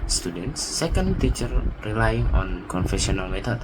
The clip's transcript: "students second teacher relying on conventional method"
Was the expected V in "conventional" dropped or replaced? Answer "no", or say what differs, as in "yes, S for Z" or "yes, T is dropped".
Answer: yes, F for V